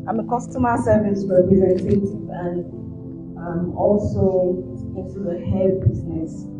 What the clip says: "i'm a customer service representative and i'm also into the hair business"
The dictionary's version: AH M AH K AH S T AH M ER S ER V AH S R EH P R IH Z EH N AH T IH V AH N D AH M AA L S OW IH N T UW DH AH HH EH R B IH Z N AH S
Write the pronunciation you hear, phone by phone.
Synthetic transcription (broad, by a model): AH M AH K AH S T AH M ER S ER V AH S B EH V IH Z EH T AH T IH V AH N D AH M AA L S OW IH T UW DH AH HH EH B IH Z N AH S